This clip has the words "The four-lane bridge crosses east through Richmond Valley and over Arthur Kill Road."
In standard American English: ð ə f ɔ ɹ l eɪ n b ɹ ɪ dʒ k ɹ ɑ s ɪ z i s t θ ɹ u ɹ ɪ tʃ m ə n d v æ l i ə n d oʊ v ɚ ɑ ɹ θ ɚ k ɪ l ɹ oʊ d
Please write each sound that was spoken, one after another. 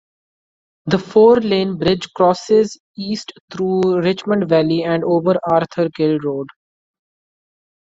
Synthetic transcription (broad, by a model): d ə f ɔ ɹ l eɪ n b ɹ ɪ dʒ k ɹ ɑ s ɪ z i s t t ɹ u ɹ ɪ tʃ m ə n d v æ l i ə n d oʊ v ɚ ɑ ɹ t ɚ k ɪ l ɹ oʊ d